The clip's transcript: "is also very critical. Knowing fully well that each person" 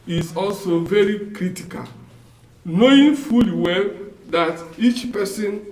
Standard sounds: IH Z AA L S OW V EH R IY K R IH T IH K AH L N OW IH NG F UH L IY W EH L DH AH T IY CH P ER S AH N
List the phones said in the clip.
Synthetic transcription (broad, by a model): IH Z AA L S OW V EH R IY K R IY T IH K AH L N OW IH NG F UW L IY W EH L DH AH T IY CH P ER S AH N